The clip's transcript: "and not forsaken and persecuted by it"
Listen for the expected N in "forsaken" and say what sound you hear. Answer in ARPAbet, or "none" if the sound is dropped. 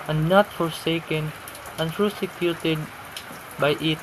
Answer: N